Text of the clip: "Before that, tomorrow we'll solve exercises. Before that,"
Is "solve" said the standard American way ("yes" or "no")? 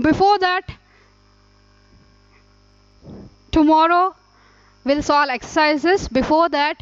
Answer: no